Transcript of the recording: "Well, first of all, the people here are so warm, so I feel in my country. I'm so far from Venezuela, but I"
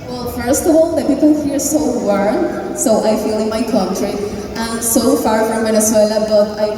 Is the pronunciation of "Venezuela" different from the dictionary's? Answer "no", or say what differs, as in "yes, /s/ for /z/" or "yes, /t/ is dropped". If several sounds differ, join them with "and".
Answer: yes, /s/ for /z/